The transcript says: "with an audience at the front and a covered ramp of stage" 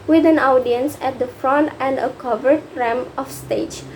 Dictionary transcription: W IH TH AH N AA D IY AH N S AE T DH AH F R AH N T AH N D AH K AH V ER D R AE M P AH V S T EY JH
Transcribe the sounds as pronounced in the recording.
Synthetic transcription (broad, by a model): W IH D AH N AA D IY AH N S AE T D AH F R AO N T AH N D AH K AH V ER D R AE M AH F S T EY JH